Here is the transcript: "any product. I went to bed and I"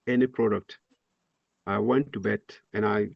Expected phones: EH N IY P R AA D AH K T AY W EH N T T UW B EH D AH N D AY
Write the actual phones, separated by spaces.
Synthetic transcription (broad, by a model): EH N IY P R AA D AH K T AY W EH N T T UW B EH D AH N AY